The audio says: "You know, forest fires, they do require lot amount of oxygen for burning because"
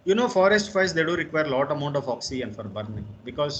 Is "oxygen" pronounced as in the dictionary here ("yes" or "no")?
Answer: no